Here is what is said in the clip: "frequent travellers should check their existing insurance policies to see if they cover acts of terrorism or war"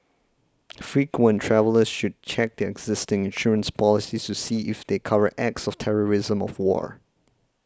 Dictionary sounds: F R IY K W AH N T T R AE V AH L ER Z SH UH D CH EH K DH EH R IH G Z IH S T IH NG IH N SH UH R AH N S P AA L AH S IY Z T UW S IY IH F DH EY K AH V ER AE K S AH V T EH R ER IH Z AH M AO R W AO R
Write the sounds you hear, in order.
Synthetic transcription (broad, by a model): F R IY K W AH N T T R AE V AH L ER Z SH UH D CH EH K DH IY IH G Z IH S T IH NG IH N SH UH R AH N S P AA L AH S IY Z T UW S IY IH F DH EY K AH V ER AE K S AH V T EH R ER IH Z AH M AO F W AO R